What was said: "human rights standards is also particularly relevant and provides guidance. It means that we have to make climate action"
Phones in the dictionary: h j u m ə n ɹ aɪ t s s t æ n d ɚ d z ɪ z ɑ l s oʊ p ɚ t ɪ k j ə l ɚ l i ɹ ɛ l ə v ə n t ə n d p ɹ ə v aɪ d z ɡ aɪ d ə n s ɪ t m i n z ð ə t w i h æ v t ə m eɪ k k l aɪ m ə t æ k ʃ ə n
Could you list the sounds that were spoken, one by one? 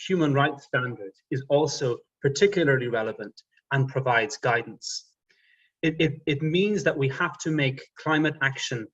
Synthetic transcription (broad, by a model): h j u m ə n ɹ aɪ t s s t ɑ n d ɚ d ɪ z ɑ l s oʊ p ɚ t ɪ k j l ɚ l i ɹ ɛ l ə v ə n t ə n p ɹ ə v aɪ d z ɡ aɪ d n s ɪ t m i n z ð ə t w i h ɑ f t ə m eɪ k k l aɪ m ə t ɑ k ʃ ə n